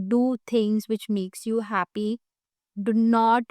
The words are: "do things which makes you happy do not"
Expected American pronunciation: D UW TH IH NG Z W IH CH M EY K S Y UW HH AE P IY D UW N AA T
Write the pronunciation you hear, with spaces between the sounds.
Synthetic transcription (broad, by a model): D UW T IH NG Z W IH CH M EY K S Y UW HH AE P IY D UW N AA T